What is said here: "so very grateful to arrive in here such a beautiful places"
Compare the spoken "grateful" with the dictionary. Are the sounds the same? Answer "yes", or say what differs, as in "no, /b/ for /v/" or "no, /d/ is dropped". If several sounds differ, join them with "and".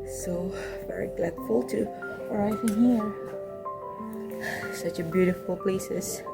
no, /l/ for /ɹ/